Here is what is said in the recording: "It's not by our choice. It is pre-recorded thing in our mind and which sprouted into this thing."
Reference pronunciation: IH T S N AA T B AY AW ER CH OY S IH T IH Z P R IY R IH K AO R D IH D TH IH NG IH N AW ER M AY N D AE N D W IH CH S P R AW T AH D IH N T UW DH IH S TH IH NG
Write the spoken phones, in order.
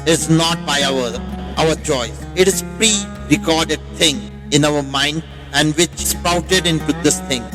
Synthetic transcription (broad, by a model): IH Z N AA T B AY AW ER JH OY IH T IH Z P R IY R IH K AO R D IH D T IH NG IH N AW ER M AY N D AE N D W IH CH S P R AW T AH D IH N T UW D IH S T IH NG